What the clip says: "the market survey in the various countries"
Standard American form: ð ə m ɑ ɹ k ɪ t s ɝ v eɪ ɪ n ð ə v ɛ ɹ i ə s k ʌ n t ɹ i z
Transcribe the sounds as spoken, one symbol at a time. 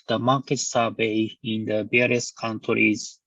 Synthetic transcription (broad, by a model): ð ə m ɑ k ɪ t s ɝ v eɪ ɪ n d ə b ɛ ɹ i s k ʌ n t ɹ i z